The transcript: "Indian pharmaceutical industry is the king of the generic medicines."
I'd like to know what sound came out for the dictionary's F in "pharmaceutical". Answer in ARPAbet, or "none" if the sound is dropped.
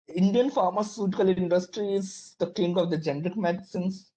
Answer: F